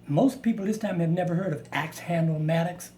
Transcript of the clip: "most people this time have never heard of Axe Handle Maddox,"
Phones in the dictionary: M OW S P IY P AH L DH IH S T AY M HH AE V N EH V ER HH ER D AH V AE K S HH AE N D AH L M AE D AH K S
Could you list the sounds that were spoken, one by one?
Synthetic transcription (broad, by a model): M OW S P IY P L DH IH S T AY M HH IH V N EH V ER HH ER D AH V AE K S HH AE N D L M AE D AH K S